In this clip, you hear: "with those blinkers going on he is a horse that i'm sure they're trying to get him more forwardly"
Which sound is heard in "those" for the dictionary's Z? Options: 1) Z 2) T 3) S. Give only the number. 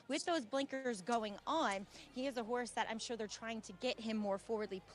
1